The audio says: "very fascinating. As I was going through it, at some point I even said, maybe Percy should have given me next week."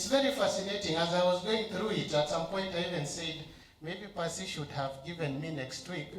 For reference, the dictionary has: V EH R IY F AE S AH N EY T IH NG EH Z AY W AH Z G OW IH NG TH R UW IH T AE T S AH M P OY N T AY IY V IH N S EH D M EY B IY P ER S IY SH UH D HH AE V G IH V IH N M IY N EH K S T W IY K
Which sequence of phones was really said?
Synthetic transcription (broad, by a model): V EH R IY F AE S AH N EY T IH NG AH Z AY W AH Z G OW IH NG TH R UW IH T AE T S AH M P OY N T AY IY V IH N S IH D M EY B IY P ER S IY SH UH D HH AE V G IH V IH N M IY N EH K S T W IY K